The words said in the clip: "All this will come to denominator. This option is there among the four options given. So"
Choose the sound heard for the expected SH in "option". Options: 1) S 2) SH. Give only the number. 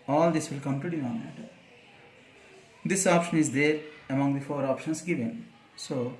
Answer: 2